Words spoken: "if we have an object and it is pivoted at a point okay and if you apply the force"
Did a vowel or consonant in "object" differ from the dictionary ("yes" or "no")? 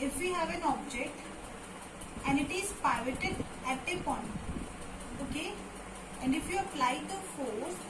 no